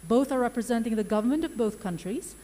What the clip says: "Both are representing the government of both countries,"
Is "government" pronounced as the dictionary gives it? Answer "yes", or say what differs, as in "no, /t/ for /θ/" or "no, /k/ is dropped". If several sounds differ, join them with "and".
yes